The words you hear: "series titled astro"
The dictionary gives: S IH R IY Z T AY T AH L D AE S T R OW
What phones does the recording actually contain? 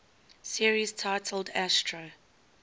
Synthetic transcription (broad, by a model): S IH R IY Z T AY T AH L D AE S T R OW